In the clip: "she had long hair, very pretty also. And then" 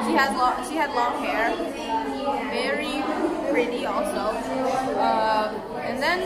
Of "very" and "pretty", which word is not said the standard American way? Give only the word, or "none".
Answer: none